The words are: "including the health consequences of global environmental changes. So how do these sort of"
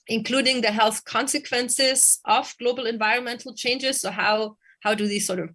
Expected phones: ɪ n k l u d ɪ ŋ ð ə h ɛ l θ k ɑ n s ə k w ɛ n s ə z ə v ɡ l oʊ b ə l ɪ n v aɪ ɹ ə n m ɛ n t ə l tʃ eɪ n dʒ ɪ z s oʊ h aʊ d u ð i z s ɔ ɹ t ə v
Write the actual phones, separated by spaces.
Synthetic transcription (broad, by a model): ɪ n k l u d ɪ ŋ ð ə h ɛ l θ k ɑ n s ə k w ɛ n s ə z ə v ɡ l oʊ b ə l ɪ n v aɪ ɹ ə n m ɛ n t l tʃ eɪ n dʒ ɪ z s oʊ h aʊ d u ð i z s ɔ ɹ t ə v